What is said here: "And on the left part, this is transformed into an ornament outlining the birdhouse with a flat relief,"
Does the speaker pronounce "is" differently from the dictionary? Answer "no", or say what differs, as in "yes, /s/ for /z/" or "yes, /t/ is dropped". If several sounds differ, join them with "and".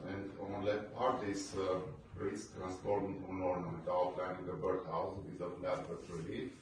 yes, /s/ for /z/